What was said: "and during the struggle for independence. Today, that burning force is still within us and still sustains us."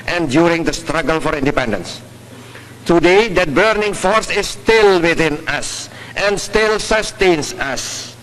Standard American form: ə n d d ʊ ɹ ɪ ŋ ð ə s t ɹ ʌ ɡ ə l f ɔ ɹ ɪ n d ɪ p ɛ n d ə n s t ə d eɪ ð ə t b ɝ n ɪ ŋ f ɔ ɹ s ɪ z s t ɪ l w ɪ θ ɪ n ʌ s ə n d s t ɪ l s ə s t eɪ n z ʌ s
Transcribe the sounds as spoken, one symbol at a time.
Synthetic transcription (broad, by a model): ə n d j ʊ ɹ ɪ ŋ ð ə s t ɹ ʌ ɡ ə l f ɔ ɹ ɪ n d ɪ p ɛ n d ə n s t ə d eɪ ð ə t b ɝ n ɪ ŋ f ɔ ɹ s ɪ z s t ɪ l w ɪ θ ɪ n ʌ s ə n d s t ɪ l s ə s t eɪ n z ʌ s